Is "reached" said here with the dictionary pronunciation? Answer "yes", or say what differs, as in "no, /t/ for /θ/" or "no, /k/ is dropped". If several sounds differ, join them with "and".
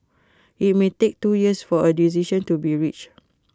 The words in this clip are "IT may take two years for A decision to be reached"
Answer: no, /t/ is dropped